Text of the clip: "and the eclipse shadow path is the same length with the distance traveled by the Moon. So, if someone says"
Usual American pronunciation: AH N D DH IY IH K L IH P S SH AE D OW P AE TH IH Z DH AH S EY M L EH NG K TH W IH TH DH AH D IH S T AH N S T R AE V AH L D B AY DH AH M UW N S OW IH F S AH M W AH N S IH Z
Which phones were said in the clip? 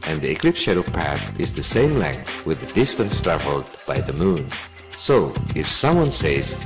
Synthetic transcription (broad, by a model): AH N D DH IY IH K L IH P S SH AE D OW P AE TH IH Z DH AH S EY M L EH NG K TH W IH DH AH D IH S T AH N S T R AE V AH L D B AY DH AH M UW N S OW IH F S AH M W AH N S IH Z